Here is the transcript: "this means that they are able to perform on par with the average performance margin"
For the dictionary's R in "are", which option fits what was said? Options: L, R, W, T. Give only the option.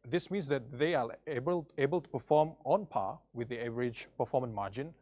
L